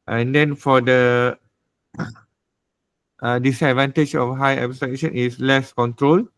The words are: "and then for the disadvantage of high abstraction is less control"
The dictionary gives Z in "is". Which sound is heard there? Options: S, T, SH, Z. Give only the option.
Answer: S